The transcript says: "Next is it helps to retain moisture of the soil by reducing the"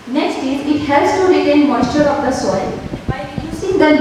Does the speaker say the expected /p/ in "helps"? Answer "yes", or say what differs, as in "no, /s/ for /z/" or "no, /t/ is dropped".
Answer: no, /p/ is dropped